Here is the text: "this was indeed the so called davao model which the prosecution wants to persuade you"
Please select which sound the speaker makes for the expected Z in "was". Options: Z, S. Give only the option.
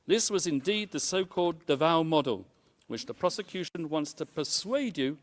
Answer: Z